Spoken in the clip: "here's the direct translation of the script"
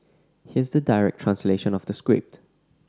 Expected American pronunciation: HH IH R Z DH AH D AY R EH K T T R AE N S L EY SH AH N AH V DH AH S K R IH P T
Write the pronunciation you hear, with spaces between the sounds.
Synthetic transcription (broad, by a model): HH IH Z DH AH D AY R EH K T T R AE N S L EY SH AH N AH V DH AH S K R IH P T